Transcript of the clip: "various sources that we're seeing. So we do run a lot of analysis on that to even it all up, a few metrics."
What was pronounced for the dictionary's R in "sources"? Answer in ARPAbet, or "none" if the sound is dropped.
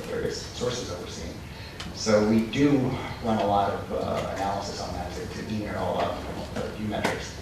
R